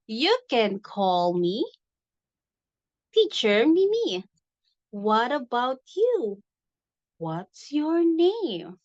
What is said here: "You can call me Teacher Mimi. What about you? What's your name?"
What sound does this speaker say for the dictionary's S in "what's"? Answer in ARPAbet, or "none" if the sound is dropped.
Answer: S